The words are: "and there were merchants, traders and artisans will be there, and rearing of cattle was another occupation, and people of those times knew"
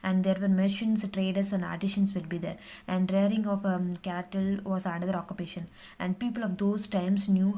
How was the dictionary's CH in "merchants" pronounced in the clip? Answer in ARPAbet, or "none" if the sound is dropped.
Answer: SH